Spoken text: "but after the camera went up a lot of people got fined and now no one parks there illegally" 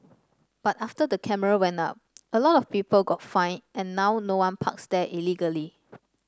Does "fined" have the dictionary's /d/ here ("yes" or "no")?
no